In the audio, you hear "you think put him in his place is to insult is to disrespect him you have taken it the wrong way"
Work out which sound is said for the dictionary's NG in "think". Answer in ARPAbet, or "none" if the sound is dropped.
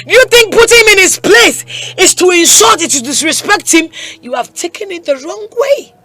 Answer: NG